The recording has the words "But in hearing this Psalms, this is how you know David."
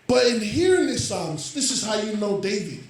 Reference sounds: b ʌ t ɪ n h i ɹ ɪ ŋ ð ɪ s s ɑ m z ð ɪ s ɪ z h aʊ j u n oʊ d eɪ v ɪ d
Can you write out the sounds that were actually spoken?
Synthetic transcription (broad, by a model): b ʌ t ɪ n h i ɹ ɪ ŋ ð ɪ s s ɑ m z ð ɪ s ɪ z h aʊ j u n oʊ d eɪ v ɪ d